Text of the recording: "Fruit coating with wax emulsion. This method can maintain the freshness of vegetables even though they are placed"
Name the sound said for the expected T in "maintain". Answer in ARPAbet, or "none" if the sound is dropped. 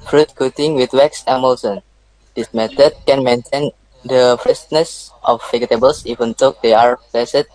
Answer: T